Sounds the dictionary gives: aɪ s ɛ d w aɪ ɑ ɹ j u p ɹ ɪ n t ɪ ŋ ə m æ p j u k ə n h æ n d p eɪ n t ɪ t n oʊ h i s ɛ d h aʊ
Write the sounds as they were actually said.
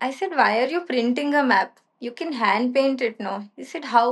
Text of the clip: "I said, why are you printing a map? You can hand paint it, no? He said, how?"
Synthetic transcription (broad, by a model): aɪ s ɛ d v aɪ ɑ ɹ j u p ɹ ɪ n t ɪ ŋ ə m æ p j u k ə n h æ n d p eɪ n t ɪ t n oʊ h i s ɛ d h aʊ